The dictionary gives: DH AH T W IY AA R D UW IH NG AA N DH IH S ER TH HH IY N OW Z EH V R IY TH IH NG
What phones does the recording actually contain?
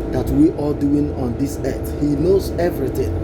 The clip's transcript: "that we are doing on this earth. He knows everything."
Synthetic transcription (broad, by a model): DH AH T W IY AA L D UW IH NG AA N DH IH S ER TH HH IY N OW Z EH V R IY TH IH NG